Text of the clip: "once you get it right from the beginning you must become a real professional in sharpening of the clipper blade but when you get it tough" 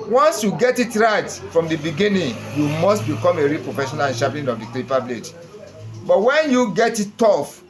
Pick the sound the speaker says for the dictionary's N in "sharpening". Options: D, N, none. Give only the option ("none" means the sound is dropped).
none